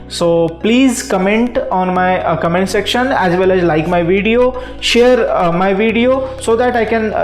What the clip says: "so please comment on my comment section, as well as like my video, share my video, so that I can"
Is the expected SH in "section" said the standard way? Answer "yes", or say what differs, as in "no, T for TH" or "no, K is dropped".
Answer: yes